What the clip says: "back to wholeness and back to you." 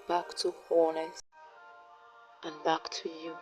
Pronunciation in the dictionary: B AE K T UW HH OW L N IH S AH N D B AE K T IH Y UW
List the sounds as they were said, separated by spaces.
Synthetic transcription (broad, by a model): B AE K T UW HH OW N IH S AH N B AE K T IH Y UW